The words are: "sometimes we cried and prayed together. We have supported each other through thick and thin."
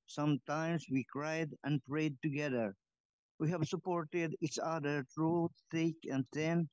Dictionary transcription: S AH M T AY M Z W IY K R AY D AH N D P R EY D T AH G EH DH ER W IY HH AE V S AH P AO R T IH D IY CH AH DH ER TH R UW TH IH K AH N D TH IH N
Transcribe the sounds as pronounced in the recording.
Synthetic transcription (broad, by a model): S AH M T AY M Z W IY K R AY D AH N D P R EY D T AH G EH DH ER W IY HH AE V S AH P AO R T IH D IY CH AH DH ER T R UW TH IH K AH N D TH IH N